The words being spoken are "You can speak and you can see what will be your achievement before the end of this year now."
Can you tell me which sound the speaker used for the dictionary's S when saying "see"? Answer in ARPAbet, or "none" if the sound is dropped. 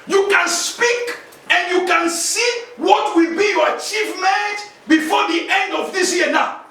S